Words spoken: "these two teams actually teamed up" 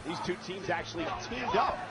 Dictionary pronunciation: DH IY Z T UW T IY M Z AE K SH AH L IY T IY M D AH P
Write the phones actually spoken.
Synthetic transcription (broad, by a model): DH IY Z T UW T IY M Z AE K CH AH L IY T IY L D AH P